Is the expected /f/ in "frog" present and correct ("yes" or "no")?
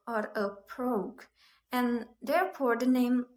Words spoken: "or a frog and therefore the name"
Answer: no